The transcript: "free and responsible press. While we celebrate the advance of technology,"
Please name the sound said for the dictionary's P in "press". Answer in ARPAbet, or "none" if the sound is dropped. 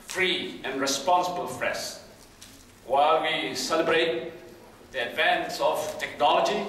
F